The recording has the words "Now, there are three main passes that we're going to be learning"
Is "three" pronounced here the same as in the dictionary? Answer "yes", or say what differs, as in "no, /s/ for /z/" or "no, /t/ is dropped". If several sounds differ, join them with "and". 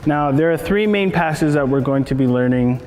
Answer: yes